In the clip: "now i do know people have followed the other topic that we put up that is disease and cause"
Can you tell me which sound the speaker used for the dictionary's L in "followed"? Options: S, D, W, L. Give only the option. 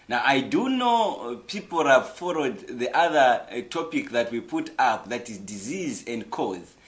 W